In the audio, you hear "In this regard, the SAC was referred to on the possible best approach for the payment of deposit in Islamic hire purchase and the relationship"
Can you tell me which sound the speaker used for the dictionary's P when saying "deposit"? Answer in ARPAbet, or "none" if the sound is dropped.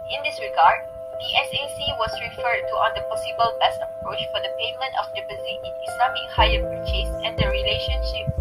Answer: B